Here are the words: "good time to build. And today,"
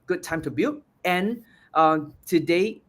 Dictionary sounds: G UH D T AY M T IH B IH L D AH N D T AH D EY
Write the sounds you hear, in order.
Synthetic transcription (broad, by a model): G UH D T AY M T IH B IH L AH N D T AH D EY